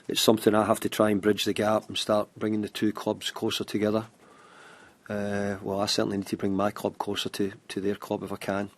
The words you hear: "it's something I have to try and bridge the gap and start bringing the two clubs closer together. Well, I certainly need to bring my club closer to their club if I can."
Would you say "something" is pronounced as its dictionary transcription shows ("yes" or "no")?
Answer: yes